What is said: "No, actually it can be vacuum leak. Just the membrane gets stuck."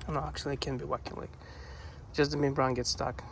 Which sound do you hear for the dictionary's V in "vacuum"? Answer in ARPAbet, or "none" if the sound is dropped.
W